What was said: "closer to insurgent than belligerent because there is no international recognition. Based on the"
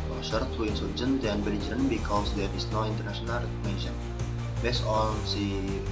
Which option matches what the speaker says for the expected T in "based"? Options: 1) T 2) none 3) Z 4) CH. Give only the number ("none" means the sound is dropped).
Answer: 2